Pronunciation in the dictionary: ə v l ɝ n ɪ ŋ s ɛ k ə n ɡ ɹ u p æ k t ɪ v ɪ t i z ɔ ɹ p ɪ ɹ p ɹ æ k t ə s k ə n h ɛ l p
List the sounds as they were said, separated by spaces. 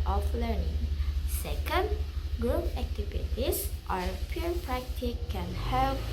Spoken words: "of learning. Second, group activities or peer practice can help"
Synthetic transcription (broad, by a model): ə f l ɝ n ɪ ŋ s ɛ k ə n ɡ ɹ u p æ k t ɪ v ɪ t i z ɔ ɹ p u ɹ p ɹ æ k t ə k ə n h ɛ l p